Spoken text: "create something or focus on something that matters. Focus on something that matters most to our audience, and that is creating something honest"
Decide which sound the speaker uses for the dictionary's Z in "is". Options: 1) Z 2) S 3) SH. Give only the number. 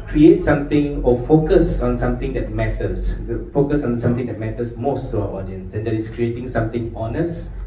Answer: 2